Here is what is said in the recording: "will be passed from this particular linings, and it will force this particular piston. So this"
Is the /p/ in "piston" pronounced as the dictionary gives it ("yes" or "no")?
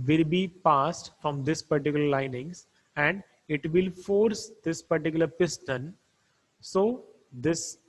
yes